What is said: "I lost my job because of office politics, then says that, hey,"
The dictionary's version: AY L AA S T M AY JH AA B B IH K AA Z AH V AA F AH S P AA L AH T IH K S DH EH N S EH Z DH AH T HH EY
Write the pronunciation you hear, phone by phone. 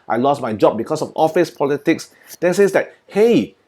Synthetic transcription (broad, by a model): AY L AA S M AY JH AA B B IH K AA S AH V AA F AH S P AA L AH T IH K S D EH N S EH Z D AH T HH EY